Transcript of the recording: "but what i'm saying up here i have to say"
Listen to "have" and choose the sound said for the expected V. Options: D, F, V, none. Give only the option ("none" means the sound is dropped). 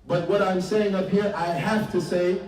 F